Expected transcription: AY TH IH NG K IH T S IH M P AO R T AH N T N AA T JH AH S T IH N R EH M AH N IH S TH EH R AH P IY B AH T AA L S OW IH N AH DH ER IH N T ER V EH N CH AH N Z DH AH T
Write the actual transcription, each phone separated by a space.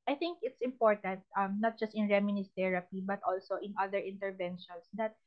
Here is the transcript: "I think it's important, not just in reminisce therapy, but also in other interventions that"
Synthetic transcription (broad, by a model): AY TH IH NG K IH T S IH M P AO R T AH N T N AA T JH AH S T IH N R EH M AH N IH S T EH R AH P IY B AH T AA L S OW IH N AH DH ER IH N T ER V EH N SH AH N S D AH T